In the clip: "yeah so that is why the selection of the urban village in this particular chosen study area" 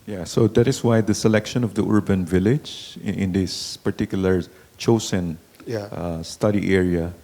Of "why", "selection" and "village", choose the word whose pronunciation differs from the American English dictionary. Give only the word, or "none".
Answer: none